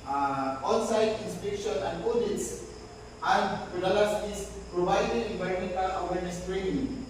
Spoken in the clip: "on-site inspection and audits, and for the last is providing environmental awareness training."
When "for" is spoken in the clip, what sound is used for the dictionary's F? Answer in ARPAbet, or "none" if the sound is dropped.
P